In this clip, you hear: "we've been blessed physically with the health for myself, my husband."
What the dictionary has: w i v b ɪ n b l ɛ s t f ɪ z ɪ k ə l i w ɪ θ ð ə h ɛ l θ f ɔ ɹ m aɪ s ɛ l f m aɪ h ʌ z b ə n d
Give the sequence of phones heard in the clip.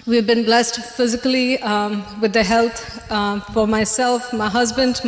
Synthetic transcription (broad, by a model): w i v b ɪ n b l ɛ s t f ɪ z ɪ k ə l i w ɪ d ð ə h ɛ l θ f ɔ ɹ m aɪ s ɛ l f m aɪ h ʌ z b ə n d